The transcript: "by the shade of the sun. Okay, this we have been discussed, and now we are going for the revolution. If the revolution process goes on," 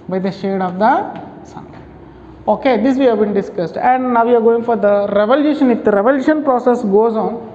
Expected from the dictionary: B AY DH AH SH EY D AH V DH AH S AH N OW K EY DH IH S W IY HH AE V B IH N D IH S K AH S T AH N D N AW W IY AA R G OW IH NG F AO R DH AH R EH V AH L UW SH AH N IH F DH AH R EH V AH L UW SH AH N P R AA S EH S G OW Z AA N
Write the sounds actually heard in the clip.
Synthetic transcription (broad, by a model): B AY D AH SH EY D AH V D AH S AH N OW K EY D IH S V IY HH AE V B IH N D IH S K AH S T AH N D N AW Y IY AA R G OW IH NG F AO R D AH R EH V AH L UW SH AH N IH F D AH R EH V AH L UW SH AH N P R AA S EH S G OW Z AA N